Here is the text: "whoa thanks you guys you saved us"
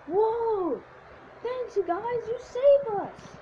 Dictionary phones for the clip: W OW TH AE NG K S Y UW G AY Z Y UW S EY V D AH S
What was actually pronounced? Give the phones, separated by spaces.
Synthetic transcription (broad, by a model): W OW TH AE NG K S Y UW G AY Z Y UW S EY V AH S